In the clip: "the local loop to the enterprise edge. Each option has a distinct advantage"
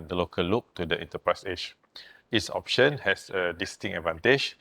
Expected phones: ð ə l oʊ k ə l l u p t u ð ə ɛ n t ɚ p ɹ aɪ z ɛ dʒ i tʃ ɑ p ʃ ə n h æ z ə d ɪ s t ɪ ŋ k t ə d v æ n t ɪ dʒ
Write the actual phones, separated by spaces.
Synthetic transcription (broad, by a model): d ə l oʊ k ə l l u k t u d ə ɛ n t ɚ p ɹ aɪ s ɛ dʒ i s ɑ p ʃ ə n h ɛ s ə d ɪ s t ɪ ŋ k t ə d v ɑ n t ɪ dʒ